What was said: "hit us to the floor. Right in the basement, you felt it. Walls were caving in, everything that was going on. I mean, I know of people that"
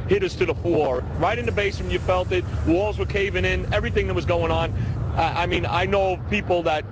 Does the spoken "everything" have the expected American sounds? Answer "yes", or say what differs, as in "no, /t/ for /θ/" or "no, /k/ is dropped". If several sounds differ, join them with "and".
yes